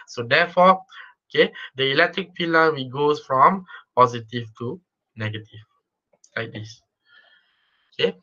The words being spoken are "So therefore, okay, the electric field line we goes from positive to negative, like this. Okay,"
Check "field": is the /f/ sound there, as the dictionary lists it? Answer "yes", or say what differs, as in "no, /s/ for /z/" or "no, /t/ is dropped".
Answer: no, /p/ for /f/